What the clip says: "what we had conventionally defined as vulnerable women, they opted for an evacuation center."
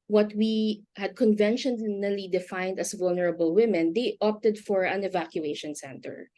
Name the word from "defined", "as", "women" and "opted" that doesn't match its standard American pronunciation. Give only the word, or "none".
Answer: as